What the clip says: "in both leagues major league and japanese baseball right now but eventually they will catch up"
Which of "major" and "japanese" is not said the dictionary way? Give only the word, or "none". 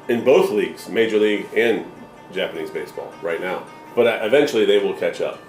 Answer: none